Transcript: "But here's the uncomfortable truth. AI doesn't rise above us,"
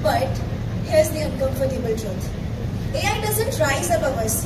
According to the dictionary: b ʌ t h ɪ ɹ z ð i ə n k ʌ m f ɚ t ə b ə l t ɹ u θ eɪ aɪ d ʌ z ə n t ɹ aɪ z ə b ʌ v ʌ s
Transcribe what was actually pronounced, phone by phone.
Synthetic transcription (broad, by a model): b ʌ t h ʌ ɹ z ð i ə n k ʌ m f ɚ t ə b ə l t ɹ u t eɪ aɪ d ʌ z ə n t ɹ aɪ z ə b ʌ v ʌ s